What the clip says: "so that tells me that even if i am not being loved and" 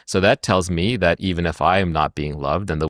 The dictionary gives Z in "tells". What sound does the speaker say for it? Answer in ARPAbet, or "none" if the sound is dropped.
Z